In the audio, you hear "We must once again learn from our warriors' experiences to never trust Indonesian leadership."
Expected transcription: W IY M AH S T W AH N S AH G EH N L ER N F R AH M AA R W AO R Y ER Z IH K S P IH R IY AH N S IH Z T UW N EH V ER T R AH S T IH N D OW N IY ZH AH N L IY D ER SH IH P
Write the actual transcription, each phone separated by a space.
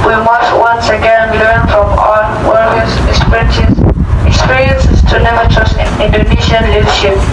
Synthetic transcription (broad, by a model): W IY M AH S T W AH N S AH G EH N L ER N F R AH M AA L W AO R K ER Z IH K S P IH R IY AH N S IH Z T UW N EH V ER T R AH S T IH N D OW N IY SH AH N L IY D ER SH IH P